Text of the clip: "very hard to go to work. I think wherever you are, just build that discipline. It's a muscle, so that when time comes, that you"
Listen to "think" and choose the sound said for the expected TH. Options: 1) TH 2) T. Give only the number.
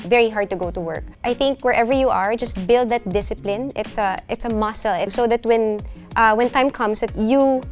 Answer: 1